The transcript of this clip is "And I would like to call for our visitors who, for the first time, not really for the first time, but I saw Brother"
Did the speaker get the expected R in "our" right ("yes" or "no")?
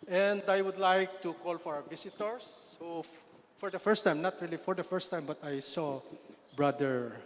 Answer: no